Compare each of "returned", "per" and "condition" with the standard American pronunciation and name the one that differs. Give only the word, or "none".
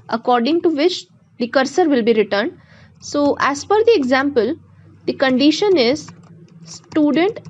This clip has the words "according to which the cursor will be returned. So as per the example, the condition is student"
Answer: per